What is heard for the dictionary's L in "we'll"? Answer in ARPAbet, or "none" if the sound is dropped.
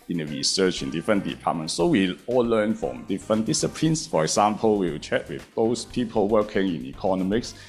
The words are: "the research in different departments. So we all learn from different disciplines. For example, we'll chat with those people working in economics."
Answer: W